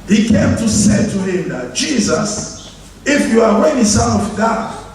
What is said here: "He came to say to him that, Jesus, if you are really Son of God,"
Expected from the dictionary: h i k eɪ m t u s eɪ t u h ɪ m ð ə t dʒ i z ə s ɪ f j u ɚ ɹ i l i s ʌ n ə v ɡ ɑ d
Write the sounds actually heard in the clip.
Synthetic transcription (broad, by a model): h i k eɪ m t u s eɪ t u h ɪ m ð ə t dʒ i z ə s ɪ f j u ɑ w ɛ n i s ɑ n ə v ɡ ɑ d